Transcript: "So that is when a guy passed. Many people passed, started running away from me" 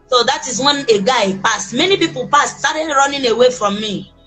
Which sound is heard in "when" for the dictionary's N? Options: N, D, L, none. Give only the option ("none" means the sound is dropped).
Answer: N